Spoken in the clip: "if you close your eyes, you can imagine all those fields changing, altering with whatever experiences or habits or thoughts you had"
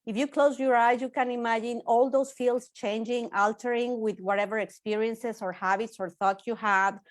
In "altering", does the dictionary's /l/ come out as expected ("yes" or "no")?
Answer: yes